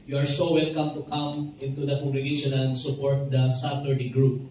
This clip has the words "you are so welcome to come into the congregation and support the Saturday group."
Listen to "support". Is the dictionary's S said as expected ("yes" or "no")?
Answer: yes